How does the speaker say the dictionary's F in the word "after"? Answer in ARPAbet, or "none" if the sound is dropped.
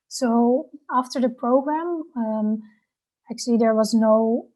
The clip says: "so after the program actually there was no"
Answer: F